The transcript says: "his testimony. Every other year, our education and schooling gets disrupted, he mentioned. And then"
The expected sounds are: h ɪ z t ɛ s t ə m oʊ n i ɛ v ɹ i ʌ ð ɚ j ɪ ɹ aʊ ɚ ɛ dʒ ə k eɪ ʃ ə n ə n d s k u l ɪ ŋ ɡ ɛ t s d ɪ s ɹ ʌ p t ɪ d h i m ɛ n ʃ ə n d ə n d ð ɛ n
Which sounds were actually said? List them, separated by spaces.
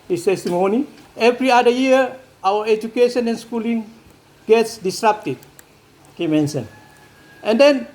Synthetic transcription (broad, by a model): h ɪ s t ɛ s t ə m oʊ n i ɛ v ɹ i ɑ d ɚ j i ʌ aʊ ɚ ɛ dʒ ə k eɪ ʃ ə n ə n s k u l ɪ ŋ ɡ ɛ t s d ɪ s ɹ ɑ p t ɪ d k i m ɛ n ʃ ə n ə n d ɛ n